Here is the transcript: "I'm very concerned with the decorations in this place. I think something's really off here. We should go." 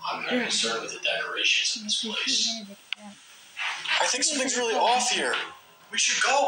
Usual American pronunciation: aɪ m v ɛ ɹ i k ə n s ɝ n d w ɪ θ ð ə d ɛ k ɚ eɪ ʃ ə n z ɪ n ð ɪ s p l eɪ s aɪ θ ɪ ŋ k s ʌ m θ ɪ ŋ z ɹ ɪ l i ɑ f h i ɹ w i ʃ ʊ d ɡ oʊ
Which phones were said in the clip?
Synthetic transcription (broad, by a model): aɪ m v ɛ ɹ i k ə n s ɝ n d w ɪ ð ə d ɛ k ɚ eɪ ʃ ə n z ɪ n ð ɪ s p l eɪ s aɪ θ ɪ ŋ k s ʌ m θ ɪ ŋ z ɹ ɪ l i ɑ f h i ɹ w i ʃ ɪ d ɡ oʊ